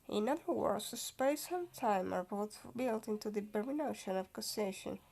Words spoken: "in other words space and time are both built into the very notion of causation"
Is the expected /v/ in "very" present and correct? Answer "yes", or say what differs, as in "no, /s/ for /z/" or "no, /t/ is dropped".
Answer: no, /b/ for /v/